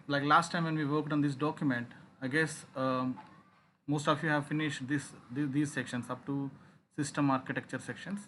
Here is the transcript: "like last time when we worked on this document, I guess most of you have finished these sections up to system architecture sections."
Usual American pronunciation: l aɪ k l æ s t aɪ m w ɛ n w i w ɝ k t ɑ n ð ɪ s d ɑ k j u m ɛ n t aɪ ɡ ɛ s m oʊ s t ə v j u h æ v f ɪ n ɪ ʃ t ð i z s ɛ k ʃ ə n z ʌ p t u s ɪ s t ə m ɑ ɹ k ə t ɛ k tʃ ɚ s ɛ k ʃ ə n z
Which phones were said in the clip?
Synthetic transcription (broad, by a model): l aɪ k l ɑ s t aɪ m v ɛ n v i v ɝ k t ɑ n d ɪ s d ɑ k j u m ɛ n t aɪ ɡ ɛ s m oʊ s t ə f j u h æ v f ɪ n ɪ ʃ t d i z s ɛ k ʃ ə n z ʌ p t u s ɪ s t ə m ɑ ɹ k ə t ɛ k tʃ ɚ s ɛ k ʃ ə n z